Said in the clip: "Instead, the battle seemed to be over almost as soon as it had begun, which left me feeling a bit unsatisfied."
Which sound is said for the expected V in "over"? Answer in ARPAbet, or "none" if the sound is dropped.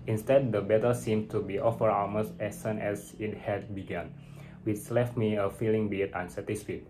F